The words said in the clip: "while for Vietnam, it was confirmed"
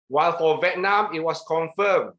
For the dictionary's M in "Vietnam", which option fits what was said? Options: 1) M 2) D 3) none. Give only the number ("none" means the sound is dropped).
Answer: 1